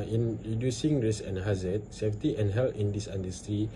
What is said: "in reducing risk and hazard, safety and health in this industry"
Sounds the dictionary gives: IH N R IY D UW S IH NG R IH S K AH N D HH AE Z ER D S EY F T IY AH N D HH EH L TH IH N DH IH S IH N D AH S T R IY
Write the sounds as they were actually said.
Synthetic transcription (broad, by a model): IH N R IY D UW S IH NG R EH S AH N HH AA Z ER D S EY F T IY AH N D HH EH L IH N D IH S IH N D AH S T R IY